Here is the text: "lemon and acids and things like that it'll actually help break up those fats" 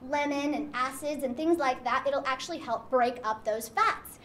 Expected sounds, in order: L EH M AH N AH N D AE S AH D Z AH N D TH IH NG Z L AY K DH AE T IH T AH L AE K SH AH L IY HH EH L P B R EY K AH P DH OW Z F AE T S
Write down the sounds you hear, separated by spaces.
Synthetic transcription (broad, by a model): L EH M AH N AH N AE S AH D Z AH N TH IH NG Z L AY K DH AE T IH T L AE K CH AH L IY HH EH L P B R EY K AH P DH OW Z F AE T S